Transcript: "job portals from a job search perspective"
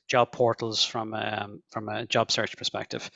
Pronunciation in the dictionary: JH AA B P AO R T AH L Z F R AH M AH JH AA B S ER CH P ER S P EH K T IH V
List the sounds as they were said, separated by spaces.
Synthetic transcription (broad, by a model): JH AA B P AO R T L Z F R AH M AH JH AA B S ER CH P ER S P EH K T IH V